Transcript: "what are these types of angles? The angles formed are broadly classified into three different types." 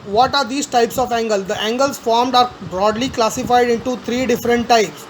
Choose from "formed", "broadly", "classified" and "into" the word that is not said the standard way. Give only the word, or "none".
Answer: none